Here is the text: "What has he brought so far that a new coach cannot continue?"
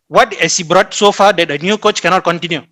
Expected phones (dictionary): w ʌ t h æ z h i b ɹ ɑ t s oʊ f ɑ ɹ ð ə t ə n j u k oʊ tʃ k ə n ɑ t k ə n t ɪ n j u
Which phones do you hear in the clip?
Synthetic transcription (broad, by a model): w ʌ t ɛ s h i b ɹ ɑ t s oʊ f ɑ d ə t ə n j u k oʊ tʃ k ə n ɑ t k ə n t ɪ n j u